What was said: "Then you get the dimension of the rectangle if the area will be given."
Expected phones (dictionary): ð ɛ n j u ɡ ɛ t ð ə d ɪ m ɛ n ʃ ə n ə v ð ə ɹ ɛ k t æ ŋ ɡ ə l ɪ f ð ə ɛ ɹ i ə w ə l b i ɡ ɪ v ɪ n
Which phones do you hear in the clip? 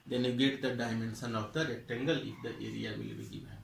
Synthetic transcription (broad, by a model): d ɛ n j u ɡ ɛ t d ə d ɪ m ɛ n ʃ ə n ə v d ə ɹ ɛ t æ ŋ ɡ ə l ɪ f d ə ɛ ɹ i ə w ə l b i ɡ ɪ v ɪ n